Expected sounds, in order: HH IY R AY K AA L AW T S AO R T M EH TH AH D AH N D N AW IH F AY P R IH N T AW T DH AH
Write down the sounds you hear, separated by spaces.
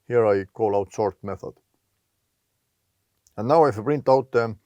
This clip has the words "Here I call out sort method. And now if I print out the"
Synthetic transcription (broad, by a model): HH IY R AY K AA L AW T S AO R T M EH TH AH D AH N N AW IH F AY B R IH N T AW T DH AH